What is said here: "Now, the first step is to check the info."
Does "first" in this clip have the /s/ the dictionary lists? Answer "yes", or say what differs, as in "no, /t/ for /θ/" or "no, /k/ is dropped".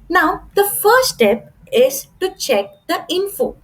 no, /s/ is dropped